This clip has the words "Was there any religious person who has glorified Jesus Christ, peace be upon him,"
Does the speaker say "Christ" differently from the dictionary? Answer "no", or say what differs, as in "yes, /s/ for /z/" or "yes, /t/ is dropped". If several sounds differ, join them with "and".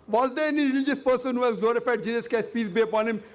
yes, /ɹ/ is dropped